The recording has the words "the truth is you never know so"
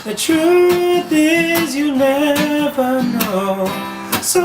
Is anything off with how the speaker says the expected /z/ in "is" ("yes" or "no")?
no